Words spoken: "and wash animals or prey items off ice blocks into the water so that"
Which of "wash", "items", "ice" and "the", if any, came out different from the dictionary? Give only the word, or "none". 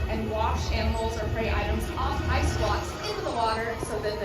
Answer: none